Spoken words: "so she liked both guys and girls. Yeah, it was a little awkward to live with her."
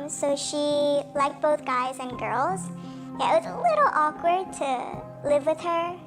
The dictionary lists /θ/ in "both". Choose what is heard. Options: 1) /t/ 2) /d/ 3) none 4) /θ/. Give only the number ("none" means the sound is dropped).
4